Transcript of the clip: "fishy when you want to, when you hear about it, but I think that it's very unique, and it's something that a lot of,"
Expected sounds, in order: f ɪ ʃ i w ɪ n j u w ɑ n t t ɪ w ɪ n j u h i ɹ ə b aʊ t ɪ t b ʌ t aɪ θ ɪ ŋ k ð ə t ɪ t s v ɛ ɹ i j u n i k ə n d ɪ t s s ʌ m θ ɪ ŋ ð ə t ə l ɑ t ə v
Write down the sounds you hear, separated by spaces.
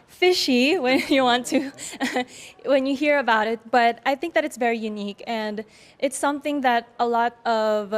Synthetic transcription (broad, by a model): f ɪ ʃ i w ɪ n j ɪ w ɑ n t t ɪ w ɪ n j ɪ h i ɹ ə b aʊ t ɪ t b ʌ t aɪ θ ɪ ŋ k ð ə t ɪ t s v ɛ ɹ i j u n i k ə n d ɪ t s s ʌ m θ ɪ ŋ ð ə t ə l ɑ t ə v